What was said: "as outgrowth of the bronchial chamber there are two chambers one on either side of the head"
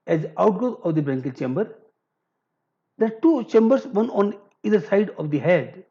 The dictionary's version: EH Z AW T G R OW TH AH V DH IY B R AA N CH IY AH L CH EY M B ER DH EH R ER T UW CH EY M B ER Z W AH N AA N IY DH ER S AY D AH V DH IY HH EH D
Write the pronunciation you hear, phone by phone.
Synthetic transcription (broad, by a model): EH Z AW T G OW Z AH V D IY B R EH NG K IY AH CH EY M B ER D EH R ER T UW CH EY M B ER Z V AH N AA N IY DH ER S AY D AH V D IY HH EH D